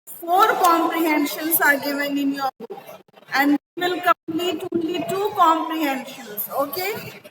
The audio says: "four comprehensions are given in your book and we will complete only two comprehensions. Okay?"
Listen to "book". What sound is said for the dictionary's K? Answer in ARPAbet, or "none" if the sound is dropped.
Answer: none